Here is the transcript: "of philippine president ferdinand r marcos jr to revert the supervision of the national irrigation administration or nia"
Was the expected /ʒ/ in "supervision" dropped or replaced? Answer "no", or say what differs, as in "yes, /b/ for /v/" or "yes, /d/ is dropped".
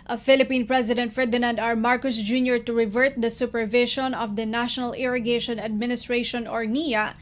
yes, /ʃ/ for /ʒ/